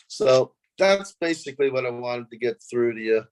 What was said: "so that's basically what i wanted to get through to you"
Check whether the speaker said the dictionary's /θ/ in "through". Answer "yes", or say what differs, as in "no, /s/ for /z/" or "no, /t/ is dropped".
yes